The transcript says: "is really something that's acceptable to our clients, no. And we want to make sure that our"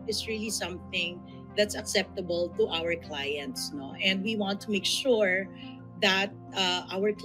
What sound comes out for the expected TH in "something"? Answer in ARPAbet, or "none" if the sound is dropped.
TH